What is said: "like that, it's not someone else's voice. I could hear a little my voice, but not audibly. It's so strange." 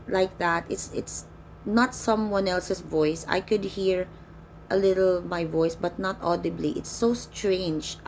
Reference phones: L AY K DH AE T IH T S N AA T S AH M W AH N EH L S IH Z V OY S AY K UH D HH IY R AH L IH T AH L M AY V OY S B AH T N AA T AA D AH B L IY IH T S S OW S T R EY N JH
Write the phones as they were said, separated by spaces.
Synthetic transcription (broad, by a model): L AY K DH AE T IH T S N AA T S AH M W AH N EH L S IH S V OY S AY K UH D HH IY R AH L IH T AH L M AY V OY S B AH T N AA T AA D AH B L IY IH T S S OW S T R EY N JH